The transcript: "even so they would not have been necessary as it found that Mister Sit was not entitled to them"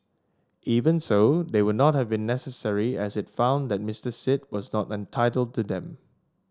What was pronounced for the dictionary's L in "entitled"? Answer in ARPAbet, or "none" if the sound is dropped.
L